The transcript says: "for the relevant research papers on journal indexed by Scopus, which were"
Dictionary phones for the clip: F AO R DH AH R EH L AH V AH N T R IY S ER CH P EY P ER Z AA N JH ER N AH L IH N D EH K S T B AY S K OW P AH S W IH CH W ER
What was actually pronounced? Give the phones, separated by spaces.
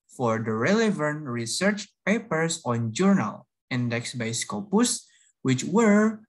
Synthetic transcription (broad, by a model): F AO R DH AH R EH L AH V AH N T R IY S ER CH P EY P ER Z AA N JH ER N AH L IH N D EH K S B AY S K OW P AH S W IH CH W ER